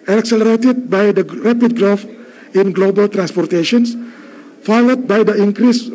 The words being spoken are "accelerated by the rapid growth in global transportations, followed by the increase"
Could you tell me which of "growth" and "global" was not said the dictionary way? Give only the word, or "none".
growth